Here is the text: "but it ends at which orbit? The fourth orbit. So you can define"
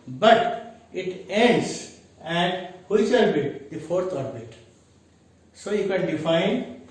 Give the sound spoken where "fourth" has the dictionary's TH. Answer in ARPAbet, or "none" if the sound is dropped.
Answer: T